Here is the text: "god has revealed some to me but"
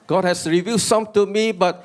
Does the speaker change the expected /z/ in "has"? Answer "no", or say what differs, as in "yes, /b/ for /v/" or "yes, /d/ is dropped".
yes, /s/ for /z/